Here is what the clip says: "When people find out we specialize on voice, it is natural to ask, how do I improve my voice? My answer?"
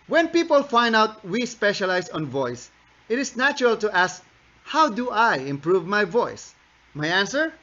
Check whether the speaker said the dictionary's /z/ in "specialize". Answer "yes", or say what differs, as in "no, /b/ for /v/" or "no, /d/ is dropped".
no, /s/ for /z/